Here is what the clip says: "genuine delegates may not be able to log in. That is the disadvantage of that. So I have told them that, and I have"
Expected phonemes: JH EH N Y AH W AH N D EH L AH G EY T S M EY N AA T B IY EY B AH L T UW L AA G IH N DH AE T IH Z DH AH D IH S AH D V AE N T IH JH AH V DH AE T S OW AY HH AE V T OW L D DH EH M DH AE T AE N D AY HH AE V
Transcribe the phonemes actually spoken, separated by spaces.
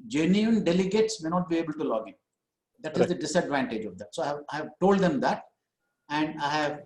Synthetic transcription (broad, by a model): JH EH N Y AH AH N D EH L AH G EY T S M EY N AA T B IY EY B AH L T UW L AA G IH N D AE T IH Z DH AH D IH S AH D V AE N T IH JH AH V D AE T S OW AY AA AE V T OW L D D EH M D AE T AE N D AY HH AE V